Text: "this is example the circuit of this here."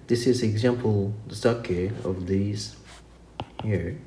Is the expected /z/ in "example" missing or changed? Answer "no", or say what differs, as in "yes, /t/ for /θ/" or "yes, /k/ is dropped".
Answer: no